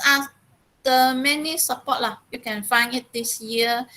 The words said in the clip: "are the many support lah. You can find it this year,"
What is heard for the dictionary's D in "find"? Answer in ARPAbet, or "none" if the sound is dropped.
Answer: none